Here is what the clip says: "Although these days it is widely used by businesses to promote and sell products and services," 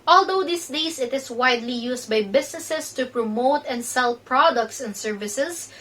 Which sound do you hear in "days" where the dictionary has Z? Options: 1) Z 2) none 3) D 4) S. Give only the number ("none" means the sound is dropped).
4